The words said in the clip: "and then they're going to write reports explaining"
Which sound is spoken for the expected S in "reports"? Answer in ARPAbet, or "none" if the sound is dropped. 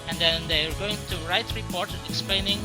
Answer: none